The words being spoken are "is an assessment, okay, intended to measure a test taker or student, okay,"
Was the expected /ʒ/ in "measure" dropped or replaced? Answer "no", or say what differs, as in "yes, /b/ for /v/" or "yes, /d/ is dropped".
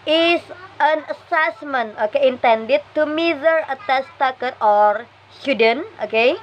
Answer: yes, /z/ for /ʒ/